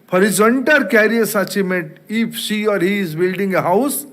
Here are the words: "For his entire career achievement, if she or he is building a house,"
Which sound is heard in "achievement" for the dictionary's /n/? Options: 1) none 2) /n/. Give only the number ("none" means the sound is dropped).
1